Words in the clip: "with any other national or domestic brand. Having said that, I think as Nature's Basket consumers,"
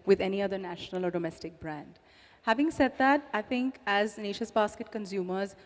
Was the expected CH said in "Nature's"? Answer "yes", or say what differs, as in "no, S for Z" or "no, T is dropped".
no, SH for CH